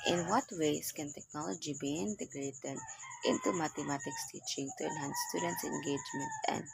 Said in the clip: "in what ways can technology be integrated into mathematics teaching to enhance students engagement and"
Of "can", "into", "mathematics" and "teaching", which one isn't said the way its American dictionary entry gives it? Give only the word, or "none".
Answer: mathematics